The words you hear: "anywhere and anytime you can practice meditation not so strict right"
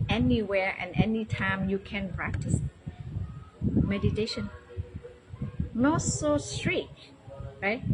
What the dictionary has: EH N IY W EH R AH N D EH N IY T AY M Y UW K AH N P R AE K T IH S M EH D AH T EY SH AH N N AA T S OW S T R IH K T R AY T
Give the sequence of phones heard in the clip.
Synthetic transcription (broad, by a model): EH N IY W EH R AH N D EH N IY T AY M Y UW K AH N P R AE K T IH S M EH D AH T EY SH AH N N AA T S OW S T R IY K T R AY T